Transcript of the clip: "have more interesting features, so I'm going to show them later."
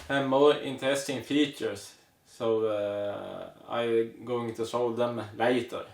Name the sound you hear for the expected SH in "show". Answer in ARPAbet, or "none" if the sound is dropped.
S